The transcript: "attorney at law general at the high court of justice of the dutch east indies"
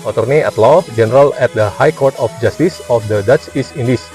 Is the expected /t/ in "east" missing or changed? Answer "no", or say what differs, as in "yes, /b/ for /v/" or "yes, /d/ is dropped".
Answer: yes, /t/ is dropped